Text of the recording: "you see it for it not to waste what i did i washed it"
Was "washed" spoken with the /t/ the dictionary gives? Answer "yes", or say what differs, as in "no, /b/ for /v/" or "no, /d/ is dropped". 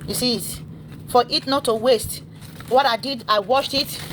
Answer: yes